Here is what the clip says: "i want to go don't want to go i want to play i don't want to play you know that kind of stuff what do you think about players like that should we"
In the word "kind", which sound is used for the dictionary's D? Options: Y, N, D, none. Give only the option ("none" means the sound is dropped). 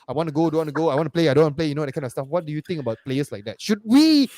none